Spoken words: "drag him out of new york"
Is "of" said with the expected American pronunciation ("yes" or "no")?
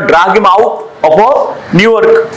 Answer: no